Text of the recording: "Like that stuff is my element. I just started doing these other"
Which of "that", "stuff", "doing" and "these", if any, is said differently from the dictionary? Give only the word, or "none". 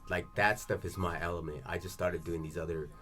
none